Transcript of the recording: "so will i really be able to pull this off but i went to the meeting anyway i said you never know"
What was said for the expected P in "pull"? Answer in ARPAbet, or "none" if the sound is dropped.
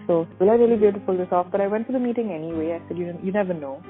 F